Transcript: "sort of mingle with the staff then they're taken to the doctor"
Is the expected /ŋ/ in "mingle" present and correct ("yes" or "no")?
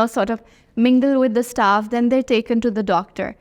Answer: yes